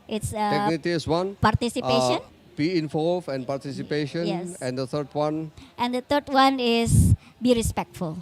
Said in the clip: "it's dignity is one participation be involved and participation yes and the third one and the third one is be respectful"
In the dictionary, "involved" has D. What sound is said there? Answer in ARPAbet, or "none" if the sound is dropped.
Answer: none